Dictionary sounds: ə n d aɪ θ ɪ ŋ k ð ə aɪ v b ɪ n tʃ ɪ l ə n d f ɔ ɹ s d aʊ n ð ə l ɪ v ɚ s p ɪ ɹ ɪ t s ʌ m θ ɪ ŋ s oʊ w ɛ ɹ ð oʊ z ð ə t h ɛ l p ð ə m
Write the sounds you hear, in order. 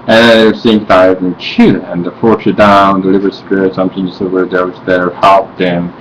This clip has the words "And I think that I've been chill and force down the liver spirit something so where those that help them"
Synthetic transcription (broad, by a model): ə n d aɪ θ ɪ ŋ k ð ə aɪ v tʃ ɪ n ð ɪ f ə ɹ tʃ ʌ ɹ d aʊ n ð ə l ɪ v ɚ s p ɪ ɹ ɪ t s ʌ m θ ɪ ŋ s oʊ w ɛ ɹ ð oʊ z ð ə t h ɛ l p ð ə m